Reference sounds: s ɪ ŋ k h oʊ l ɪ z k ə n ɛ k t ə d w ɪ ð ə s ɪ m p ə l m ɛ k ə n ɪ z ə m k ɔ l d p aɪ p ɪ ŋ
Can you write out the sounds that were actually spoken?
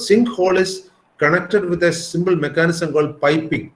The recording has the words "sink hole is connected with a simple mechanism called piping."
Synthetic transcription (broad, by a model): s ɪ ŋ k h oʊ l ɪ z k ə n ɛ k t ə d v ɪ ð ə s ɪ m b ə l m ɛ k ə n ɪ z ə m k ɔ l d p aɪ p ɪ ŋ